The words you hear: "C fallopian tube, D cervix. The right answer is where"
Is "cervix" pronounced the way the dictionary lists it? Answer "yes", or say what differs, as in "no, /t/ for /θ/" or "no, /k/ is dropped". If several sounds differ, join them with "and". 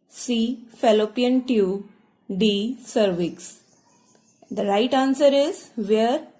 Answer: yes